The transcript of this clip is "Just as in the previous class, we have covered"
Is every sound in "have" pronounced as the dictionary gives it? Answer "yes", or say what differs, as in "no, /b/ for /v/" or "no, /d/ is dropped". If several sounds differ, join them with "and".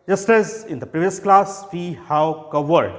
no, /w/ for /v/